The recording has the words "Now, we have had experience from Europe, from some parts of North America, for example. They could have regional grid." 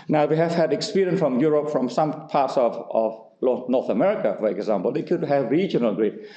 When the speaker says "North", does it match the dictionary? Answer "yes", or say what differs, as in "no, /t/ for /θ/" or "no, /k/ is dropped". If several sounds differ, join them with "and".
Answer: no, /l/ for /n/